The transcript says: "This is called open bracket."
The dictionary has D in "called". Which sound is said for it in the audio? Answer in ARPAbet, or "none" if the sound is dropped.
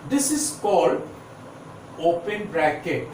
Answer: D